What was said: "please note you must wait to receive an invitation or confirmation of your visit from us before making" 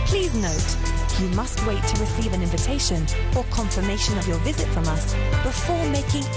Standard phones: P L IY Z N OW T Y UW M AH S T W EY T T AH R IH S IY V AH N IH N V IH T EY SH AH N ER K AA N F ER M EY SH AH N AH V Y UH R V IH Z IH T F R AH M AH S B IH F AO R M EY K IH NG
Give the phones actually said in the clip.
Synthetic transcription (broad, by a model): P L IY Z N OW T Y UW M AH S T W EY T T AH R IH S IY V AH N IH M V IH T EY SH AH N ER K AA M F ER M EY SH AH N AH V Y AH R V IH Z IH T F R AH M AH S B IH F AO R M EY K IH NG